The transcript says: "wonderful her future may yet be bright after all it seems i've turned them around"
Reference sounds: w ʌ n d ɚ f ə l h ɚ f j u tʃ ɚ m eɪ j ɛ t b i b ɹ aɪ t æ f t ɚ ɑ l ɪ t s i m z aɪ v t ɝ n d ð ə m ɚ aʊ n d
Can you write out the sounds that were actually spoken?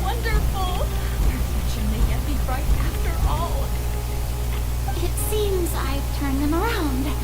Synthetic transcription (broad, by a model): w ʌ n d ɚ f l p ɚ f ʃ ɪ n m eɪ j ɛ t b i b ɹ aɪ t æ f t ɚ ɑ l ɪ t s i m z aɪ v t ɝ n ð ə m ɚ aʊ n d